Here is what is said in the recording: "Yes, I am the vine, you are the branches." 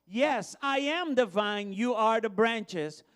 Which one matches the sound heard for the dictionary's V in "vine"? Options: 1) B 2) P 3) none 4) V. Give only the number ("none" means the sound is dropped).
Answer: 4